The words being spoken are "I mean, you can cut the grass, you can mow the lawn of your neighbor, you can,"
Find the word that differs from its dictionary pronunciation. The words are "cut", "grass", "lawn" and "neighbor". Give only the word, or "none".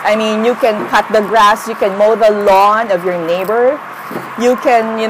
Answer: none